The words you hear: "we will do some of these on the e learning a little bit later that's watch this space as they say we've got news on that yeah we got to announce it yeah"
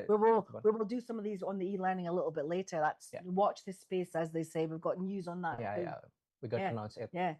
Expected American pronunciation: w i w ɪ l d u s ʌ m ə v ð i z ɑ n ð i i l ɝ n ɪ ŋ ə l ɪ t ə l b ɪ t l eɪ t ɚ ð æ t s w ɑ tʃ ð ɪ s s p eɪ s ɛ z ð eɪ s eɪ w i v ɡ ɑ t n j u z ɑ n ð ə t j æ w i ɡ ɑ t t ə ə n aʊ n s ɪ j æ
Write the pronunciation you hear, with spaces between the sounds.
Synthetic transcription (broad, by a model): w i w ɪ l d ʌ s ʌ m ə v ð i z n ð i i l ɝ n ɪ ŋ ə l ɪ t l b ɪ t l eɪ t ɚ ð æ t s w ɑ tʃ ð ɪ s s p eɪ s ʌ z ð eɪ s eɪ w i v ɡ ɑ t n j u z n ð ə t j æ w i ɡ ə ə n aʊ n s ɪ j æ